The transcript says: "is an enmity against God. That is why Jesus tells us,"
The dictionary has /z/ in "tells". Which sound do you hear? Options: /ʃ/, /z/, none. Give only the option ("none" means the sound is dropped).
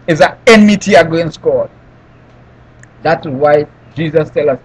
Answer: none